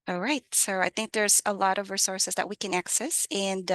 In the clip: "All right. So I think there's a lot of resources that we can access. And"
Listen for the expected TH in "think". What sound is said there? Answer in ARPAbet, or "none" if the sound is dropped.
TH